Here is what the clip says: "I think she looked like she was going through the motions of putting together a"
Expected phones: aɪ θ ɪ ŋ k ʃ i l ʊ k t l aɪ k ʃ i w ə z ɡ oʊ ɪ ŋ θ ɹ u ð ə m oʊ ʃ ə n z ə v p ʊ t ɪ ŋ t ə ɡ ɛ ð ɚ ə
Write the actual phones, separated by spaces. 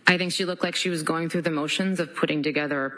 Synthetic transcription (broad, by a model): aɪ θ ɪ ŋ k ʃ i l ʊ k t l aɪ k ʃ i w ə z ɡ oʊ ɪ ŋ θ ɹ u ð ə m oʊ ʃ ə n z ə v p ʊ t ɪ ŋ t ə ɡ ɛ ð ɚ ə